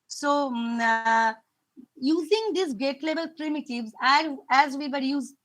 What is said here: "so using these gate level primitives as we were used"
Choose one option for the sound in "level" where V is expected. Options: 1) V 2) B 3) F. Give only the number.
2